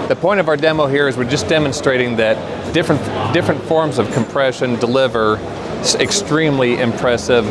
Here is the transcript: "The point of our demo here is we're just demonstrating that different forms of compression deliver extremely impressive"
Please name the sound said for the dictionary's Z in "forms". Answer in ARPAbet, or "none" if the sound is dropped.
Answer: Z